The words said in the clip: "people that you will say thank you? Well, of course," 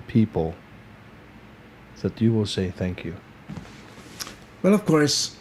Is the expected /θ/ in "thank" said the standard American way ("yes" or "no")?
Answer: yes